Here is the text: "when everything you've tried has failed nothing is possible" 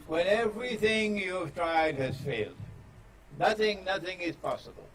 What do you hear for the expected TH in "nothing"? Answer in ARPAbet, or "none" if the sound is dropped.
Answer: TH